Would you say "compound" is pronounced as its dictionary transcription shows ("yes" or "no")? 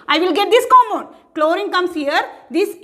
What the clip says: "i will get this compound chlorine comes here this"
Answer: no